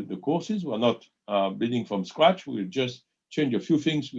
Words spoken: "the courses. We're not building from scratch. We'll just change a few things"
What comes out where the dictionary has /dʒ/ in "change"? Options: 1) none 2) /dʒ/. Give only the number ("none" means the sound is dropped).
2